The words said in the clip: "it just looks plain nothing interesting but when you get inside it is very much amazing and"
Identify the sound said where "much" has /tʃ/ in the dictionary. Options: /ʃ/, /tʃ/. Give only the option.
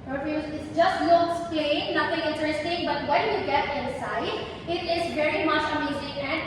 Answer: /ʃ/